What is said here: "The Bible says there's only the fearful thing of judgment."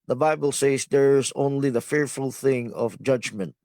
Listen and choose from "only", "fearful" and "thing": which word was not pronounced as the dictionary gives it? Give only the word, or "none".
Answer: none